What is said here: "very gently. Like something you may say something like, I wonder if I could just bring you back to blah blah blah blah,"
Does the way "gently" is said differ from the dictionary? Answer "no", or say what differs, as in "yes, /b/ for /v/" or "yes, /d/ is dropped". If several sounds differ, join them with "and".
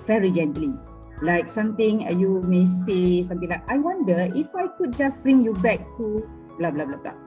no